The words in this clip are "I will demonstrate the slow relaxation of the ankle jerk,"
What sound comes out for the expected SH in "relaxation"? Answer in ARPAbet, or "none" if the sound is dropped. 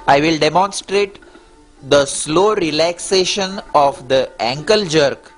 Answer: SH